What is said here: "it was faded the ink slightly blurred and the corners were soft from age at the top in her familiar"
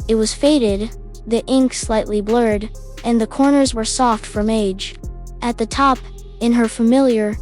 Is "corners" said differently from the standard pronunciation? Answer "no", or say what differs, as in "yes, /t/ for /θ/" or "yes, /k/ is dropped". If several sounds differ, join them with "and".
no